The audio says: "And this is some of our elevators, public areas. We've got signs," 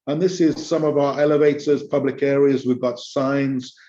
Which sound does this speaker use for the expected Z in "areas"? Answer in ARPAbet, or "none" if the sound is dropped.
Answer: Z